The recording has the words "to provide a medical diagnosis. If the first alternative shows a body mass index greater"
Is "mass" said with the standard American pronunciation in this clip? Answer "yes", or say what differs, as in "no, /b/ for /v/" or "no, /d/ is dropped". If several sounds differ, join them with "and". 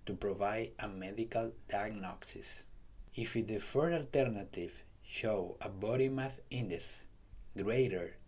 no, /θ/ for /s/